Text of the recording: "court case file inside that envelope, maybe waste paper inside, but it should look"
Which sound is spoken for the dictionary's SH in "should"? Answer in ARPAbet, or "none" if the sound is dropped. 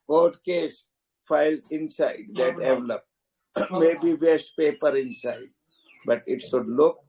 S